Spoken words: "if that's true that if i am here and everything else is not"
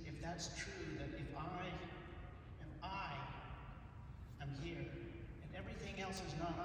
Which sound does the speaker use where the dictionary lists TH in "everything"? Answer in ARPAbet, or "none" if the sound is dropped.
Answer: TH